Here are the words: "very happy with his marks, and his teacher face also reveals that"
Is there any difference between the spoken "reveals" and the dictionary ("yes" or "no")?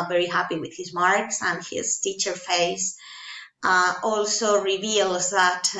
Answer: no